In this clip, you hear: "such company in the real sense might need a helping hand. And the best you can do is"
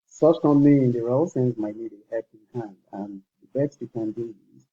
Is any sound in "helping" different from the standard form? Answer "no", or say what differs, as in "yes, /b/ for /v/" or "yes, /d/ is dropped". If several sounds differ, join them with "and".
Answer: yes, /l/ is dropped